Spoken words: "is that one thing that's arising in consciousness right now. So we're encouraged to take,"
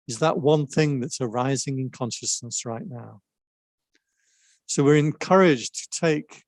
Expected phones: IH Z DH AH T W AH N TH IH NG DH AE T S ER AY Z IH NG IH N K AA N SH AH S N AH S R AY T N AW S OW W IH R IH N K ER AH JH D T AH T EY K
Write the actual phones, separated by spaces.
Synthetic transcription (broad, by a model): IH Z DH AH T W AH N TH IH NG DH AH T S ER AY Z IH NG IH N K AA N SH AH S N AH S R AY T N AW S OW W IH R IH N K ER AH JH T AH T EY K